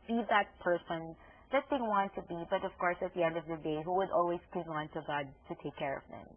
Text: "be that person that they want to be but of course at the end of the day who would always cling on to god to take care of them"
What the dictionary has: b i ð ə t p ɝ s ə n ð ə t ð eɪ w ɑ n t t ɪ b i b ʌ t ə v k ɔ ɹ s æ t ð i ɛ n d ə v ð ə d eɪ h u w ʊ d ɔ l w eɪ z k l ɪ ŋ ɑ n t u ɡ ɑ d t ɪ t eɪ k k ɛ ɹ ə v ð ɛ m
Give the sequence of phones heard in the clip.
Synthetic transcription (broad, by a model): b i ð ə t p ɝ s ə n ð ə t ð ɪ w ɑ n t t ɪ b i b ʌ t ə v k ɔ ɹ s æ t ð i ɛ n d ə v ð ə d eɪ h u w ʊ d ɔ l w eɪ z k i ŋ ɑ n t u ɡ ɑ d t ɪ t eɪ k k ɛ ɹ ə v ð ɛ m